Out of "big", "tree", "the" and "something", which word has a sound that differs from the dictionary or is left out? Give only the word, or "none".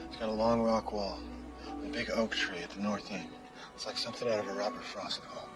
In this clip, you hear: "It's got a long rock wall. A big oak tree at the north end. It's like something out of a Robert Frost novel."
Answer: none